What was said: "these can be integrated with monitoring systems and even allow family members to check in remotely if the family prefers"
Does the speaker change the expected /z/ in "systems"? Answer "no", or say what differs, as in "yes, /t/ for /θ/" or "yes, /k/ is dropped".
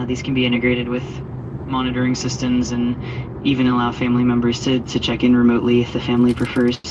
no